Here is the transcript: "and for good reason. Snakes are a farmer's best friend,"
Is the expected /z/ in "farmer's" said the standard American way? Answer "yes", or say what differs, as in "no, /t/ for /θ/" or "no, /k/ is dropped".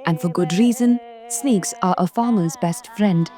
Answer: yes